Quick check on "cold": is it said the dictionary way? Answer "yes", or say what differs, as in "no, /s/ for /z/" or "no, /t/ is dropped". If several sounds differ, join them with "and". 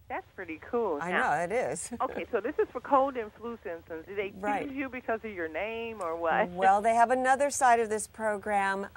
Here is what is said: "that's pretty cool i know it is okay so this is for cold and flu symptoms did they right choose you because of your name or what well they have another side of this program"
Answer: yes